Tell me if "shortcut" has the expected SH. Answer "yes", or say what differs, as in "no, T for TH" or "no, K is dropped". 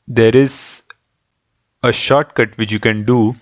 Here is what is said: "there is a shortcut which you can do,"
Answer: yes